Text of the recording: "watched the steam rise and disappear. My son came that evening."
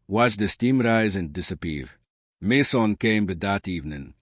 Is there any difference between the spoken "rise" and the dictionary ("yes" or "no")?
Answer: no